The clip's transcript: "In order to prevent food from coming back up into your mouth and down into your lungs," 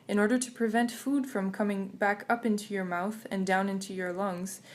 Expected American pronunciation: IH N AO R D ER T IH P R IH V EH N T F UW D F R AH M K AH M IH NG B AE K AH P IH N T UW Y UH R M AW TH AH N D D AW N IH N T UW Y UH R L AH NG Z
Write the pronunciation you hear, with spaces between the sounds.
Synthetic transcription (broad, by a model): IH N AO R D ER T IH P R IH V EH N T F UW D F R AH M K AH M IH NG B AE K AH P IH N T UW Y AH R M AW TH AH N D D AW N IH N T UW Y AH R L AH NG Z